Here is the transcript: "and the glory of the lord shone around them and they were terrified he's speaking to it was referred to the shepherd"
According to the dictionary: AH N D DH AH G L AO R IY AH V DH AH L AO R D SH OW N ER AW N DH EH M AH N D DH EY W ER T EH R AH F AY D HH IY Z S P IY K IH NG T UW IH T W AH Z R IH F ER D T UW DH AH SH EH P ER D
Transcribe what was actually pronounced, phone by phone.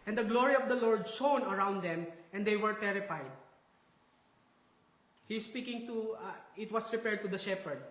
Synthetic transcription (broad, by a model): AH N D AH G L AO R IY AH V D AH L AO R D SH OW N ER AW N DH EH M AH N D EY W ER T EH R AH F AY D HH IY S P IY K IH NG T UW IH T W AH S R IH P ER D T UW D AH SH EH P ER D